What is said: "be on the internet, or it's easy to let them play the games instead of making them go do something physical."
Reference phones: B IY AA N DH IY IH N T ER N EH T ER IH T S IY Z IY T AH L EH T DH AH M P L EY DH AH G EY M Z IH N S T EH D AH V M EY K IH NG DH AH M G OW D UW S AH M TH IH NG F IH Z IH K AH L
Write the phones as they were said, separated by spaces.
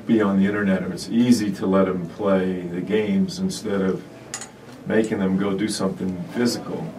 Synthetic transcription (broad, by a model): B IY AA N DH IY IH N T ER N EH T ER IH T S IY Z IY T AH L EH T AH M P L EY DH AH G EY M Z IH N S T EH D AH V M EY K IH NG DH AH M G OW D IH S AH M TH IH NG F IH Z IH K L